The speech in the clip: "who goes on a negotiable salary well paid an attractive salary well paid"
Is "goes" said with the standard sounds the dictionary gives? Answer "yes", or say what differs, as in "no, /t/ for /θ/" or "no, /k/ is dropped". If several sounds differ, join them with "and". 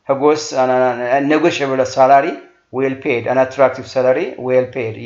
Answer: no, /s/ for /z/